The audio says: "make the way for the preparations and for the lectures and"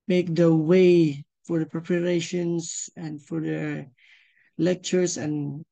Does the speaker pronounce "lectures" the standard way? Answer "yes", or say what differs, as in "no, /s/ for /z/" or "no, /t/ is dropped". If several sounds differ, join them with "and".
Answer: no, /s/ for /z/